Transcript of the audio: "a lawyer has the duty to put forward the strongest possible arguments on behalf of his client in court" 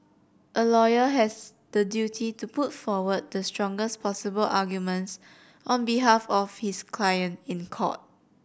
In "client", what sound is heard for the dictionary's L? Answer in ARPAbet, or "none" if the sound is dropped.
L